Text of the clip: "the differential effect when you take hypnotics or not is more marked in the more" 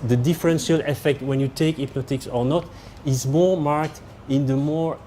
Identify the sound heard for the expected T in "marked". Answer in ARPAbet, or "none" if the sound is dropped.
T